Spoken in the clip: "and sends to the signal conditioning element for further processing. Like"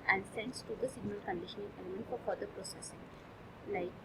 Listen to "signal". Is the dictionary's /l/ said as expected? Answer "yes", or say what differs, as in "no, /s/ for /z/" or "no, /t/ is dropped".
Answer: yes